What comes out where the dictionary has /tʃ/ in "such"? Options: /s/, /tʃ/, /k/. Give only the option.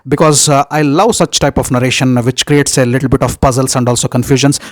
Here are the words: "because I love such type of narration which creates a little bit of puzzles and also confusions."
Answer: /tʃ/